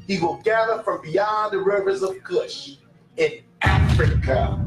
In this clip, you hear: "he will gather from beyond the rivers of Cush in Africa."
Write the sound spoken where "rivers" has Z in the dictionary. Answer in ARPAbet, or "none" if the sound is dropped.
Z